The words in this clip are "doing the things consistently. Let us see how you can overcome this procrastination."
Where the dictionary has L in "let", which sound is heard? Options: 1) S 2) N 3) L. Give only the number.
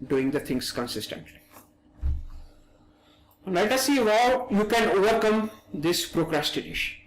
2